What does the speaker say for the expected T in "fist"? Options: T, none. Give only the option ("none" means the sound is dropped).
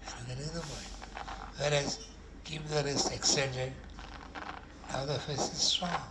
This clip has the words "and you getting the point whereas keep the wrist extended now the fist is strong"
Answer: none